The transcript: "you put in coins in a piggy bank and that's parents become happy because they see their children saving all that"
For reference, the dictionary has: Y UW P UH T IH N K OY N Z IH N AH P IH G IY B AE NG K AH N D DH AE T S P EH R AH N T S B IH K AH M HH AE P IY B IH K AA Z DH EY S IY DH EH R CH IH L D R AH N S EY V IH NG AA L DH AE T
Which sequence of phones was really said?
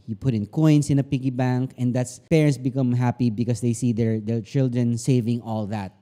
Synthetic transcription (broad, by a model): Y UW P UH T IH N K OY N S IH N AH P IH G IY B AE NG K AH N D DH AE T S P EH R AH N T S B IH K AH M HH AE P IY B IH K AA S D EY S IY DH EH R CH IH L D R AH N S EY V IH NG AA L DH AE T